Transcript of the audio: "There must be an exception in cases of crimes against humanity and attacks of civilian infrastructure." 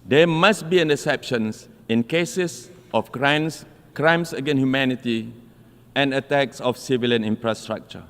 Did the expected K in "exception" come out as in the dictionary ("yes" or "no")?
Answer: no